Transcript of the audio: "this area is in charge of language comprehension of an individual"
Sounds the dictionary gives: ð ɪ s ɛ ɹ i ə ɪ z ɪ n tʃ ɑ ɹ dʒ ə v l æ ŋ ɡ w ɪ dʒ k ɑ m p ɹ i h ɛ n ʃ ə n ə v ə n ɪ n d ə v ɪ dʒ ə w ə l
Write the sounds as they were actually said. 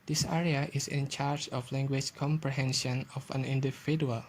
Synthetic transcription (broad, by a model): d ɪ s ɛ ɹ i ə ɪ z ɪ n tʃ ɑ ɹ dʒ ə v l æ ŋ ɡ w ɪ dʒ k ɑ m p ɹ i h ɛ n ʃ ə n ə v ə n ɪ n d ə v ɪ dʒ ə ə l